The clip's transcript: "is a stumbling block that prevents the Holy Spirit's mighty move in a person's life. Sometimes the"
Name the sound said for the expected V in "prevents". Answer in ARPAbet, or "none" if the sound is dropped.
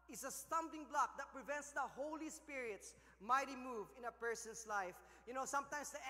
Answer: V